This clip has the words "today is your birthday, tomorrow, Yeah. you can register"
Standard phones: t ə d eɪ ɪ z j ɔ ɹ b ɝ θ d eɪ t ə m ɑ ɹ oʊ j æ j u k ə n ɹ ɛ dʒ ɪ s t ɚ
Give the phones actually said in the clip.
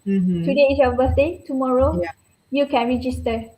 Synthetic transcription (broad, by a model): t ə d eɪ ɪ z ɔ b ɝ s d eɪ t ə m ɑ ɹ oʊ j j u k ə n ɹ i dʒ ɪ s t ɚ